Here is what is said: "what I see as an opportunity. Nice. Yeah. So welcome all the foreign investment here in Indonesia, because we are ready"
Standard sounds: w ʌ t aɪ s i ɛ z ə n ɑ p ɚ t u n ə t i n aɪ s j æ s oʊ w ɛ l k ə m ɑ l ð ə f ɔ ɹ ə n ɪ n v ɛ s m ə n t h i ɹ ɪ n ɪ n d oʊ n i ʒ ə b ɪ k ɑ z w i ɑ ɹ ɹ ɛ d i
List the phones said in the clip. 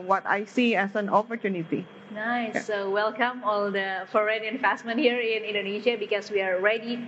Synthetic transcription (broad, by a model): w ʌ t aɪ s i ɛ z ə n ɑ p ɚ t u n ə t i n aɪ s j s oʊ w ɛ l k ə m ɑ l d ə f ɔ ɹ ə n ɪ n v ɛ s m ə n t h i ɹ ɪ n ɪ n d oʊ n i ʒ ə b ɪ k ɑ s w i ɑ ɹ ɹ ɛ d i